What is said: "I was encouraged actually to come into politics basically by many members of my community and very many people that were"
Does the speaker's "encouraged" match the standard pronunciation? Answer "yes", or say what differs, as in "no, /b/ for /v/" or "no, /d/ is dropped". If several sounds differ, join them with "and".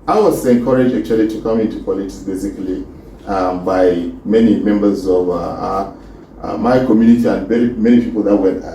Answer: no, /d/ is dropped